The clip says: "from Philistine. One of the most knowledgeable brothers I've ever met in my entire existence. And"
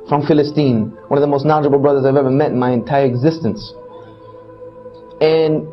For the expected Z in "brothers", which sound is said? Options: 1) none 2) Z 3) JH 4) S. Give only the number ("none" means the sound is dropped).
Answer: 2